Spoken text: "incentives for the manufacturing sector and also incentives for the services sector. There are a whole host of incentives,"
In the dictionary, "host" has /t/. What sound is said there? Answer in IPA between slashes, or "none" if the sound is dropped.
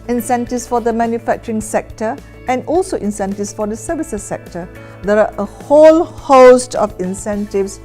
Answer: /t/